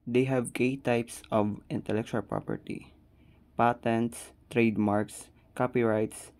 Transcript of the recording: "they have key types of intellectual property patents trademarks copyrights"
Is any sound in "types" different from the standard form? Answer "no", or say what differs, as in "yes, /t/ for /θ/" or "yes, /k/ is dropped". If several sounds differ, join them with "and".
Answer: no